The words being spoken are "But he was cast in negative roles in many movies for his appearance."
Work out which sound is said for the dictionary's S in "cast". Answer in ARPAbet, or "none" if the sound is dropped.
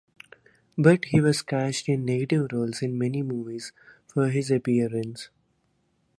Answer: SH